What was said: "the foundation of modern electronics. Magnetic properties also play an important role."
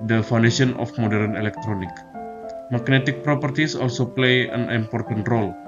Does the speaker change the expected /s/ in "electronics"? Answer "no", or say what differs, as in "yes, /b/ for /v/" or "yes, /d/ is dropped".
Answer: yes, /s/ is dropped